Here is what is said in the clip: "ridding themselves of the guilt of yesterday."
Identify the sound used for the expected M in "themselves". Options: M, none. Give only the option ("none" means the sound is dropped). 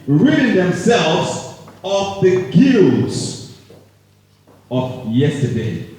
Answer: M